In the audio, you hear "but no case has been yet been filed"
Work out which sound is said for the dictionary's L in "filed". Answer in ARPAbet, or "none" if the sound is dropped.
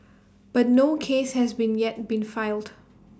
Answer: L